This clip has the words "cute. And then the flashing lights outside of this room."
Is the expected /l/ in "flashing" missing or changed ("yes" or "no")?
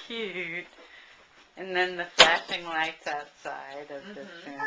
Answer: yes